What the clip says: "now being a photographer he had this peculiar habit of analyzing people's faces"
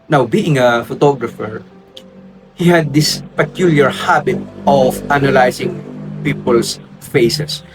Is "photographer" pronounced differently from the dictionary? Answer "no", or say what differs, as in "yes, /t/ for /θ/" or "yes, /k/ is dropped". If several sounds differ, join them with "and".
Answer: no